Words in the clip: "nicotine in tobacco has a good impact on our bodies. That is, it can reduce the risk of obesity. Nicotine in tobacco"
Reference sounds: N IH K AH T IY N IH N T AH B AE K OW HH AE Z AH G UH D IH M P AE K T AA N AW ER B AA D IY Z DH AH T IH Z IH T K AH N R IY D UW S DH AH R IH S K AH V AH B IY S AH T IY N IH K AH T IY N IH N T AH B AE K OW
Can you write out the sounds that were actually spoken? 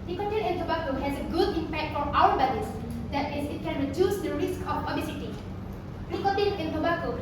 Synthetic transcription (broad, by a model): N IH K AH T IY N IH N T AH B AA K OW HH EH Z AH G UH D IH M P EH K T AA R AW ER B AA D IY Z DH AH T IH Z IH T K AH N R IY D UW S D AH R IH S K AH P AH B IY S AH T IY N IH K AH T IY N IH N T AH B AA K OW